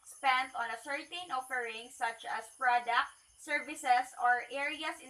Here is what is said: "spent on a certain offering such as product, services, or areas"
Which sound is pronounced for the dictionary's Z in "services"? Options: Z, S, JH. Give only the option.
S